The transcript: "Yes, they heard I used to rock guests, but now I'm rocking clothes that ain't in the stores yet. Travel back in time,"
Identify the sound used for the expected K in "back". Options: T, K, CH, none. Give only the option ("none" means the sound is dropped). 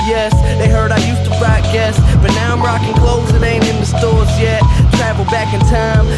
K